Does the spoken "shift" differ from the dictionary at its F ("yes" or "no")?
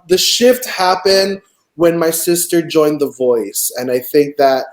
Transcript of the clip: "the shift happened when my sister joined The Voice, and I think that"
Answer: no